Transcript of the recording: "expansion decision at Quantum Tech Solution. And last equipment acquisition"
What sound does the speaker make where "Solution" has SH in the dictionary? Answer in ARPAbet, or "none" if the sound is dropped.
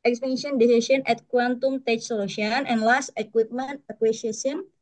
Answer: none